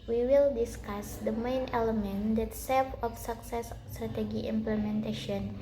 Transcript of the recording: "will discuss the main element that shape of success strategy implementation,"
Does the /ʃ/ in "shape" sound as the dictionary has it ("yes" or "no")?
no